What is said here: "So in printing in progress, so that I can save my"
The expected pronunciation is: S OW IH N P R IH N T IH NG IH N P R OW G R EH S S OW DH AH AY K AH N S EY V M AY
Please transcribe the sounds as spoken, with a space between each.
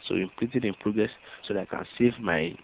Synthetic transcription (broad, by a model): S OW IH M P L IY T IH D IH N P R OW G R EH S S OW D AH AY K AH N S EY V M AY